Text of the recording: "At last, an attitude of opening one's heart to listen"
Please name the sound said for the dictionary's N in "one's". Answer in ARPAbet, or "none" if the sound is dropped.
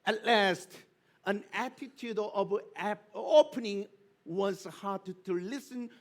none